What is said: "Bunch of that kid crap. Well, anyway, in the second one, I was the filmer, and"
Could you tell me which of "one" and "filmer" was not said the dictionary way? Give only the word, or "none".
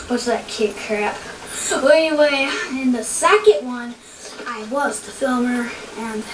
none